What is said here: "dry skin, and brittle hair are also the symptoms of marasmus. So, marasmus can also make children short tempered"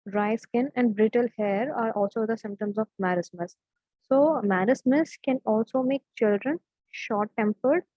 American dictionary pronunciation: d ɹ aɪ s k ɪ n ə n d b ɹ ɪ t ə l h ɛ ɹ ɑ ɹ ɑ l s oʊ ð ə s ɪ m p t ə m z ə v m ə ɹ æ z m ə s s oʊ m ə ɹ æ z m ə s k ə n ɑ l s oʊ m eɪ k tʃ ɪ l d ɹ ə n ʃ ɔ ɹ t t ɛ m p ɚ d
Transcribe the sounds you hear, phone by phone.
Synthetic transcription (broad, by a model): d ɹ aɪ s k ɪ n ə n d b ɹ ɪ t ə l h ɛ ɹ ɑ ɹ ɑ l s oʊ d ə s ɪ m p t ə m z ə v m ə ɹ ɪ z m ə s s oʊ m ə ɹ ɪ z m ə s k ə n ɑ l s oʊ m eɪ k tʃ ɪ l d ɹ ə n ʃ ɔ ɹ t t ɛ m p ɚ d